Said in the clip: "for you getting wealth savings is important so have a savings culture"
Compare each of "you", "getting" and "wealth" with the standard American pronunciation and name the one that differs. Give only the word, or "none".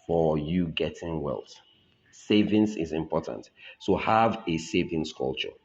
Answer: wealth